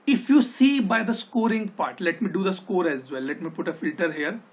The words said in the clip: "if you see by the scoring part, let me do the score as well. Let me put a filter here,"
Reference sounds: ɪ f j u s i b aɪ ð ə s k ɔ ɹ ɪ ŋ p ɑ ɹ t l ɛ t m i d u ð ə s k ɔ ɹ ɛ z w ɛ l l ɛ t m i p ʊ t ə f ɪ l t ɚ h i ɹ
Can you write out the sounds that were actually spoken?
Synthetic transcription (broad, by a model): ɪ f j u s i b aɪ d ə s k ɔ ɹ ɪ ŋ p ɑ ɹ t l ɛ t m i d u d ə s k ɔ ɹ ɛ z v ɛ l l ɛ t m i p ʊ t ə f ɪ l t ɚ h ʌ ɹ